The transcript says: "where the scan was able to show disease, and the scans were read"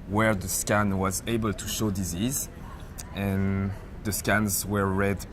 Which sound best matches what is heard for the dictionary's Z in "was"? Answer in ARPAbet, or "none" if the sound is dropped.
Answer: Z